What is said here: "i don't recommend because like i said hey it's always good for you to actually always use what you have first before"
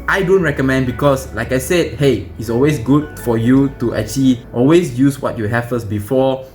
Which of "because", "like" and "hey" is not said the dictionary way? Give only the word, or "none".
because